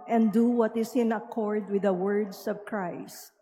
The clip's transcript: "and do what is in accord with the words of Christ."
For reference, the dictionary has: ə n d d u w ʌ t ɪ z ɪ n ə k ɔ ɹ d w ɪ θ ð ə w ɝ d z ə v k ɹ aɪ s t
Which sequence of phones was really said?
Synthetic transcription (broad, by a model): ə n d d u w ʌ t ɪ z ɪ n ə k ɔ ɹ d w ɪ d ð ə w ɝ d s ə v k ɹ aɪ s t